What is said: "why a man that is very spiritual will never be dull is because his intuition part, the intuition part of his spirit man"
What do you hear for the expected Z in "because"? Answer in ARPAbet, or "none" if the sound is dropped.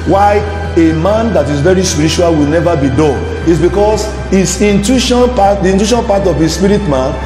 S